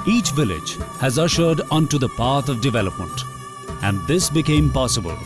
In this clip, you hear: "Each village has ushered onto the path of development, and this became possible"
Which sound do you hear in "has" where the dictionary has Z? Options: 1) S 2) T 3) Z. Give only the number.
3